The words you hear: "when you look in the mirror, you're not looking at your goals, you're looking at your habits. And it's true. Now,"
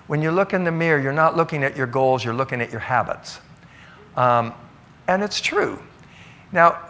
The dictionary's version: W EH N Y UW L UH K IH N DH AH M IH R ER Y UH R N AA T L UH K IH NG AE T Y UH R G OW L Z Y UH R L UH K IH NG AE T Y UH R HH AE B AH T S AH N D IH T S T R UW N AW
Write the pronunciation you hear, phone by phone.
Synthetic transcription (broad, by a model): W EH N Y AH L UH K IH N DH AH M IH R Y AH R N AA T L UH K IH NG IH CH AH R G OW L Z Y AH R L UH K IH NG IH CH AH R HH AE B AH T S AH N IH T S T R UW N AW